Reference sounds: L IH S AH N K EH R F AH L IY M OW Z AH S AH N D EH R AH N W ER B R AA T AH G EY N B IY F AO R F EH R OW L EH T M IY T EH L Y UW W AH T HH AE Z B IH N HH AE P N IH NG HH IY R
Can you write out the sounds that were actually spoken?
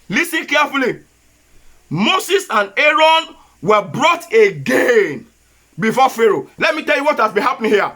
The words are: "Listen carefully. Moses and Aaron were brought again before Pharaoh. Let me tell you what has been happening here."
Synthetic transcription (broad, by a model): L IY S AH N K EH F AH L IY M OW S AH S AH N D EH R AH N W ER B R AA T AH G EY N B IY F AO F EH R OW L EH T M IY T EH L Y UW W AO T HH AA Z B IH N HH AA P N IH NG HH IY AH